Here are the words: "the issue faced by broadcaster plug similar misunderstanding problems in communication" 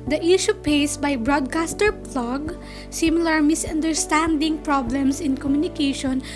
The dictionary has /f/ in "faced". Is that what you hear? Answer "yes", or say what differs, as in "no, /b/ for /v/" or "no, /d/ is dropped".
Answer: no, /p/ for /f/